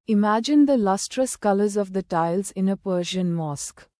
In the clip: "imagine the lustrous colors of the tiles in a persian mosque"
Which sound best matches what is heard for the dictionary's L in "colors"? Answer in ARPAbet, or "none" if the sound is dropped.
L